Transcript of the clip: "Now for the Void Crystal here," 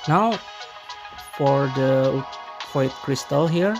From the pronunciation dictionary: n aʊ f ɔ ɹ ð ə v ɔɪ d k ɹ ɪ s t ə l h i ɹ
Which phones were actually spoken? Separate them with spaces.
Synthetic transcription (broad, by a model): n aʊ f ɔ ɹ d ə p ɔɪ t k ɹ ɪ s t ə l h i ɹ